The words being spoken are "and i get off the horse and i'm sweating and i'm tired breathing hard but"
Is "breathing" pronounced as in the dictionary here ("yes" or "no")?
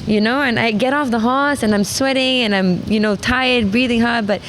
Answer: yes